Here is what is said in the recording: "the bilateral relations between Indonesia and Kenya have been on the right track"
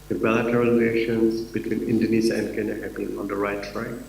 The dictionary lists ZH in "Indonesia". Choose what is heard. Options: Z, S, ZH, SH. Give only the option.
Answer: Z